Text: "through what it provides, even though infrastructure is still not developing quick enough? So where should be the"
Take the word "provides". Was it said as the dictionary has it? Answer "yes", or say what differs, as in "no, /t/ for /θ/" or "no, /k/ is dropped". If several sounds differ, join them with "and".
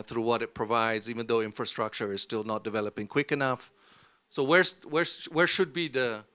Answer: yes